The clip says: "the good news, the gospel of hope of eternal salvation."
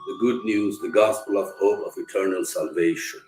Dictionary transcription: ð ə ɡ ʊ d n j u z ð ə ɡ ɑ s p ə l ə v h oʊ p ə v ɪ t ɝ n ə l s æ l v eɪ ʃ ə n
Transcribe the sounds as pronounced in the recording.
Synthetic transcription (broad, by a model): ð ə ɡ ʊ d n j u z ð ə ɡ ɑ s p ə l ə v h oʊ ə v ɪ t ɝ n ə l s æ l v eɪ ʃ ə n